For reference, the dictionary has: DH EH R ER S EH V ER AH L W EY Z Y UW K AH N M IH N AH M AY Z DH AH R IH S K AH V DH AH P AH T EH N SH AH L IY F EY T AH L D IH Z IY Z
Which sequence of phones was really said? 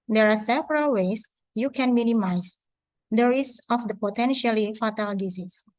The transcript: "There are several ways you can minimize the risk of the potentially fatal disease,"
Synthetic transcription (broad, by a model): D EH R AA S EH V ER AH L W EY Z Y UW K AH N M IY N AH M AY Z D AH R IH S AH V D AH P AH T EH N SH AH L IY F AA T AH L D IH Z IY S